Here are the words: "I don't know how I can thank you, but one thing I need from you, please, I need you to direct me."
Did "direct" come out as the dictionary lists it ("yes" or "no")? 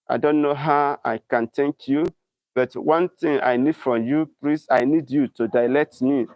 no